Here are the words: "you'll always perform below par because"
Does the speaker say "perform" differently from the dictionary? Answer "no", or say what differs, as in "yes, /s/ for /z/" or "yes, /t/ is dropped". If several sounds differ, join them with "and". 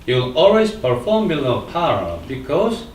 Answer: no